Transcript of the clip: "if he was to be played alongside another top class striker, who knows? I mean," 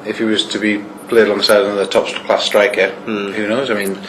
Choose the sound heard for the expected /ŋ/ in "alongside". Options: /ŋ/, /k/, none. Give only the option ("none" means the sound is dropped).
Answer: none